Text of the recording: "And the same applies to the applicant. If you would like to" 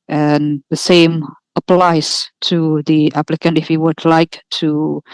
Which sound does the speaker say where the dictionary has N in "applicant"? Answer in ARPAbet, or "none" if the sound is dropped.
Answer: N